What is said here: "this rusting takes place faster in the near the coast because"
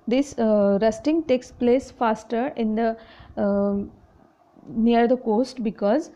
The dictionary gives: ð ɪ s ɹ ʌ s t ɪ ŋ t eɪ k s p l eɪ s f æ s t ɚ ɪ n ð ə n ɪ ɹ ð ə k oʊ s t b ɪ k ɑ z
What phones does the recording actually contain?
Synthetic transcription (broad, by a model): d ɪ s ɹ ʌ s t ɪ ŋ t eɪ k s p l eɪ s f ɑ s t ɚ ɪ n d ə n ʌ ɹ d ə k oʊ s t b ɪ k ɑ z